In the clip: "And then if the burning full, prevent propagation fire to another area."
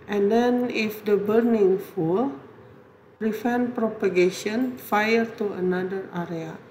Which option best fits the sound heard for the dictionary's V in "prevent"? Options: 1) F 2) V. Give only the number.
1